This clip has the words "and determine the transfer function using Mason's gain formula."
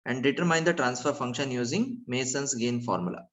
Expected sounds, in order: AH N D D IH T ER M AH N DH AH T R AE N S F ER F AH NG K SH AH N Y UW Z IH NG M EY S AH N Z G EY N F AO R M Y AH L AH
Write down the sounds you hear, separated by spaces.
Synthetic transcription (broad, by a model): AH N D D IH T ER M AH N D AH T R AE N S F ER F AH NG K SH AH N Y UW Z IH NG M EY S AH N S G EY N F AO R M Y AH L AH